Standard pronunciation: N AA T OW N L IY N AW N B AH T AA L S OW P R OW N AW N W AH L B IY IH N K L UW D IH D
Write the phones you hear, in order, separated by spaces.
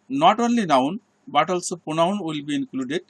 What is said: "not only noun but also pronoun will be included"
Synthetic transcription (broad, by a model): N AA T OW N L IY N AW N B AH T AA L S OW P OW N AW N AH L B IY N K L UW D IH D